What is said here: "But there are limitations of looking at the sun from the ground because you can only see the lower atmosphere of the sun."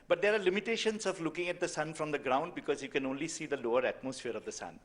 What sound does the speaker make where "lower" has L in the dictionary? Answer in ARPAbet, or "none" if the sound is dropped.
L